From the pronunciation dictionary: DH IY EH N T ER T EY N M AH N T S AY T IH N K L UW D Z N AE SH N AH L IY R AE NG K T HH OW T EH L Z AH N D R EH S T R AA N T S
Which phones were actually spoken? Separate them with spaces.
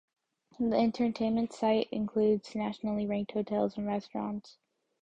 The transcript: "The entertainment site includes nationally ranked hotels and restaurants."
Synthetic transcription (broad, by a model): DH IY EH N T ER T EY N M AH N T S AY T IH N K L UW D Z N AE SH N L IY R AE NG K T HH OW T EH L Z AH N R EH S T R AA N T S